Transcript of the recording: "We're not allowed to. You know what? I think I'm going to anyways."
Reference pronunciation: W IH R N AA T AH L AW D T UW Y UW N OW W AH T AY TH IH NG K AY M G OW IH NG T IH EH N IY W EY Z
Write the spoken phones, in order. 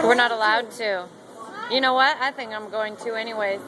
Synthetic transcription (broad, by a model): W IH R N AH T AH L AW D T UW Y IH N OW W AH T AY TH IH NG K AY M G OW IH NG T IH EH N IY W EY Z